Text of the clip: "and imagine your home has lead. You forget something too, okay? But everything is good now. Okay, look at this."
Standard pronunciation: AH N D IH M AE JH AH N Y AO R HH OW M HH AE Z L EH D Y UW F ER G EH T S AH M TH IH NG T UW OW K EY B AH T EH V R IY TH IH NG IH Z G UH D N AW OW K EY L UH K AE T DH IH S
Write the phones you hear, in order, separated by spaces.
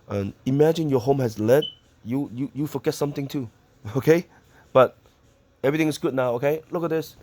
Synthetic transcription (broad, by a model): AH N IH M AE JH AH N Y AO HH OW M HH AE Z L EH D Y UW F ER G EH T S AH M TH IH NG T UW OW K EY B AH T EH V R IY T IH NG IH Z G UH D N AW OW K EY L UH K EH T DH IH S